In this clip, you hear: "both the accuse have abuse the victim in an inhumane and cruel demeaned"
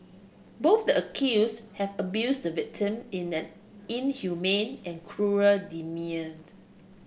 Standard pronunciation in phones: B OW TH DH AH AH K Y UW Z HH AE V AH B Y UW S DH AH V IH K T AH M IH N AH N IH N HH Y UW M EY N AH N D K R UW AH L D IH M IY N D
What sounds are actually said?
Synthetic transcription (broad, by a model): B OW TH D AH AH K Y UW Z HH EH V AH B Y UW S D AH V IH K T AH M IH N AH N IH N HH Y UW M EY N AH N K R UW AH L D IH M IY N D